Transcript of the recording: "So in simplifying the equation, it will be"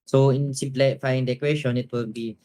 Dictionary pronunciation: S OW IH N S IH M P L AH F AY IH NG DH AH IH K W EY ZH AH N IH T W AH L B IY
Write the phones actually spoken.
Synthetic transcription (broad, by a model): S OW IH N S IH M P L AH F AY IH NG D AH K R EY SH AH N IH T W AH L B IY